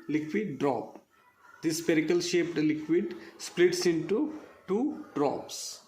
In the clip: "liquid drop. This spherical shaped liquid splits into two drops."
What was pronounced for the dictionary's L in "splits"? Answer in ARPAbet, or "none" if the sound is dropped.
L